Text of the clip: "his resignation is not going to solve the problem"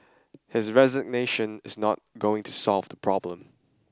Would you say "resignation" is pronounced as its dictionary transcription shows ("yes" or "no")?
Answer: yes